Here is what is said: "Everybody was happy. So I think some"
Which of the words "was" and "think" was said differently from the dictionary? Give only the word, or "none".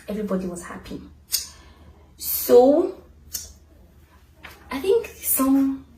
none